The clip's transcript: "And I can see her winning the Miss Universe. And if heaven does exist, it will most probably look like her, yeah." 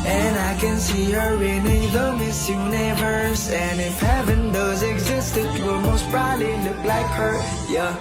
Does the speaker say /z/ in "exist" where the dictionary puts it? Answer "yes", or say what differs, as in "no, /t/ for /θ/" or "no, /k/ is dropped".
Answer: yes